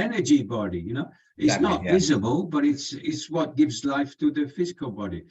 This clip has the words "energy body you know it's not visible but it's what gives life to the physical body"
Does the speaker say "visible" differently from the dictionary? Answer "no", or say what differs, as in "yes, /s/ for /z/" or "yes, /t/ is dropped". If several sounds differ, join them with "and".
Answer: no